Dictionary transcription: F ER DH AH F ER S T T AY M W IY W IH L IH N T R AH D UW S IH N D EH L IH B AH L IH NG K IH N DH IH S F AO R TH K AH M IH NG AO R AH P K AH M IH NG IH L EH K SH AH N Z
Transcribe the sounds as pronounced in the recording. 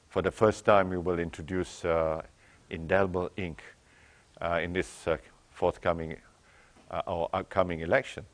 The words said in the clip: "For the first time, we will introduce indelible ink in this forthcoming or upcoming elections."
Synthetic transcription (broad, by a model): F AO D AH F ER S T T AY M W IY W IH L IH N T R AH D UW S IH N D EH L IH B AH L IH NG K IH N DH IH S F AO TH K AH M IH NG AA W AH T K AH M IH NG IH L EH K SH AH N